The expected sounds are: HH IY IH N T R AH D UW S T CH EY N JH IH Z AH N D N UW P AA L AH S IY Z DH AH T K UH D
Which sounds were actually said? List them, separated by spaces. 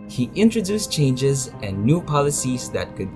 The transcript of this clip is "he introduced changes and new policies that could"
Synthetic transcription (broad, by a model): HH IY IH N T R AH D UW S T CH EY N JH IH Z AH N N UW P AA L AH S IY Z DH AH T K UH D